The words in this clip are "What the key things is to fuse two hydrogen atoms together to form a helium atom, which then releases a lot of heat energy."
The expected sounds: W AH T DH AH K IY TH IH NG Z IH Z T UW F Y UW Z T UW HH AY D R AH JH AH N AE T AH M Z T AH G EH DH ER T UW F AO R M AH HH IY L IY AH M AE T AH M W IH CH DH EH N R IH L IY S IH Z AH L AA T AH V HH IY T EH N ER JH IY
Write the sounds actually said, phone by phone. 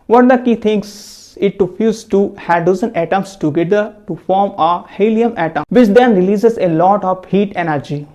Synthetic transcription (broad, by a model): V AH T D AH K IY T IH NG S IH T UW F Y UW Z T UW HH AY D AH Z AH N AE T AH M S T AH G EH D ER T UW F AO R M AH HH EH L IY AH M AE T AH M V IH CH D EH N R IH L IY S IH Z AH L AA T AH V HH IY T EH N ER JH IY